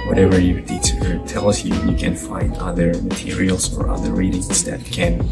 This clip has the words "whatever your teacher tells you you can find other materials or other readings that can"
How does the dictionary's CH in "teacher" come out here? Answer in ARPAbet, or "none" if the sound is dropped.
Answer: none